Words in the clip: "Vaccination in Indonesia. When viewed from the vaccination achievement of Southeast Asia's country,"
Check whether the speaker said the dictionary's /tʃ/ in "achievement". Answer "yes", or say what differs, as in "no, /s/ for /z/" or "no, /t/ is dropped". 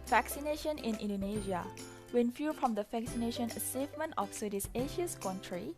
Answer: no, /s/ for /tʃ/